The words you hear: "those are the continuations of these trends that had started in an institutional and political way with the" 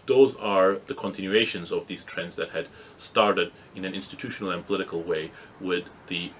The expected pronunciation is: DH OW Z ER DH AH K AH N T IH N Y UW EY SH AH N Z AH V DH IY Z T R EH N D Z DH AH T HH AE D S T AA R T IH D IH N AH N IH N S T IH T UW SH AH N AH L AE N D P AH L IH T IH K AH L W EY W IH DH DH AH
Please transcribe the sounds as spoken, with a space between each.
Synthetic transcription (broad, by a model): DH OW Z ER DH AH K AH N T IH N Y UW EY SH AH N Z AH V DH IY Z T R EH N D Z DH AH T HH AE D S T AA R T IH D IH N AH N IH N S T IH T UW SH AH N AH L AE N P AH L IH T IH K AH L W EY W IH DH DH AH